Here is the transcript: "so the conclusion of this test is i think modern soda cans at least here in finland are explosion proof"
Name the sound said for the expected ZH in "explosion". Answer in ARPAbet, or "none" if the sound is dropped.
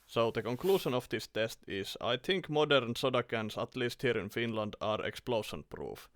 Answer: SH